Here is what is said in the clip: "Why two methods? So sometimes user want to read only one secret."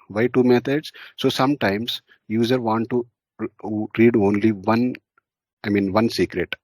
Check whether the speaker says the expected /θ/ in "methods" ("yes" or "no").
no